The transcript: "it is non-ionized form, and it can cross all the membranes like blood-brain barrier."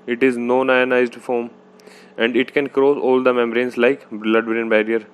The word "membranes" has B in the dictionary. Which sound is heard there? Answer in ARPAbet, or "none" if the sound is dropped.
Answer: none